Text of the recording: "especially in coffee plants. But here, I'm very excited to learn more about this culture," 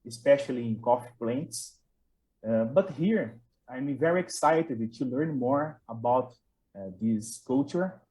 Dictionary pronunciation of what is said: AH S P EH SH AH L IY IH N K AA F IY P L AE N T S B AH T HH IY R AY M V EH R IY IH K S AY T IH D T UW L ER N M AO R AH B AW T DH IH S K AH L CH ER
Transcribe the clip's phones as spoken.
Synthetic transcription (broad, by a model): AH S P EH SH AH L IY IH N K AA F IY P L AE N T S B AH T HH IY R AY M V EH R IY IH K S AY T IH D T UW L ER N M AO R AH B AW T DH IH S K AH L CH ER